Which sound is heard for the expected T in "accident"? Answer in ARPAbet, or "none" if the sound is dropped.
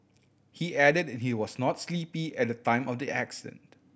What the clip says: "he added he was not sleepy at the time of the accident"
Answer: T